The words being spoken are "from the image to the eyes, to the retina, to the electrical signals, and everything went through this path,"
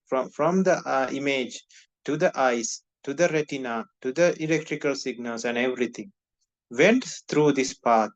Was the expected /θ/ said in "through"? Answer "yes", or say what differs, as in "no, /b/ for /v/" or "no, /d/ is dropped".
no, /t/ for /θ/